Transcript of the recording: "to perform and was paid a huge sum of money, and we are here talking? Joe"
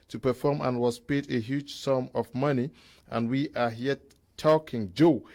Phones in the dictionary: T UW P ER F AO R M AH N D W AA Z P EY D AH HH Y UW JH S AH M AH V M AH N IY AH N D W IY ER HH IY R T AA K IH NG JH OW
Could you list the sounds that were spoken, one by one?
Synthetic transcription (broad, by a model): T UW P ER F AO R M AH N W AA S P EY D AH HH Y UW JH S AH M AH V M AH N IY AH N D W IY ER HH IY T AA K IH NG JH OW